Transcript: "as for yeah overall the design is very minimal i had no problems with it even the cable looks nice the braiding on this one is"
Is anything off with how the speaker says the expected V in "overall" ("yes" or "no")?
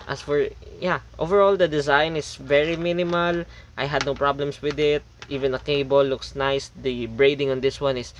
no